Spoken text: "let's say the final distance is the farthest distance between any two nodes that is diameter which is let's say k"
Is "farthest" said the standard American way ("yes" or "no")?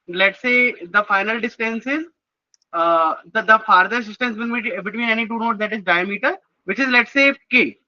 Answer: no